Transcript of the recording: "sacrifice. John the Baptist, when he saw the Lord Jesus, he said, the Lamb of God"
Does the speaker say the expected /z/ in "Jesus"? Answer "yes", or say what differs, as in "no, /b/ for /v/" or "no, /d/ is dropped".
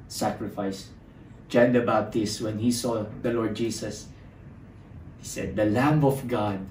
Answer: no, /s/ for /z/